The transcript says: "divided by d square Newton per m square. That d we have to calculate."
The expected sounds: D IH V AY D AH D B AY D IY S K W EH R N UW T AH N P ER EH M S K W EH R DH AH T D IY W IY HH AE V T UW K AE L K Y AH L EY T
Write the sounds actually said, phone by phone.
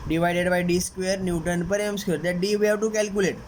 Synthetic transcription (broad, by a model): D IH V AY D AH D B AY D IY S K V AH R N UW T AH N P ER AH M S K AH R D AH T D IY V IY HH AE V T UW K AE L K Y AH L EY T